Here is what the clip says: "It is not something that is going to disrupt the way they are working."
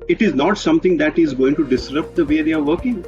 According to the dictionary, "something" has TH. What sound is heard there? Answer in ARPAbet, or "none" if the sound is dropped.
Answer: T